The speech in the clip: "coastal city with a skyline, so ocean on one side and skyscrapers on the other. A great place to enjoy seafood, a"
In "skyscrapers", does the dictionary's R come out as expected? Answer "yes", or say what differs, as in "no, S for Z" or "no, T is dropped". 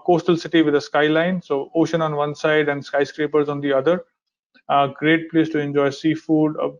yes